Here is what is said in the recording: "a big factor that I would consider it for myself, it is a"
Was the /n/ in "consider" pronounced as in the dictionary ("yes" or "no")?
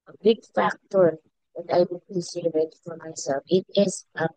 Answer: no